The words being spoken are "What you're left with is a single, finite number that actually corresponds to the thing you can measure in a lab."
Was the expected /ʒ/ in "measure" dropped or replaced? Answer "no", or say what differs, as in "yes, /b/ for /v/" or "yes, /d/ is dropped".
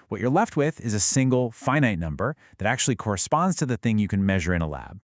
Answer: no